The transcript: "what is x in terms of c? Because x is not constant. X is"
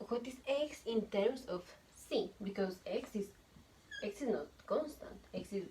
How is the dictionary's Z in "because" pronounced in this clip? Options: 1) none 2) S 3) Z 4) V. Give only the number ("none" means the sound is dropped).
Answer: 2